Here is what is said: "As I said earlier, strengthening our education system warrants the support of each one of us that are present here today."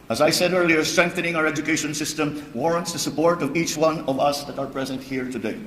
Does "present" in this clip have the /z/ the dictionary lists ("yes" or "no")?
yes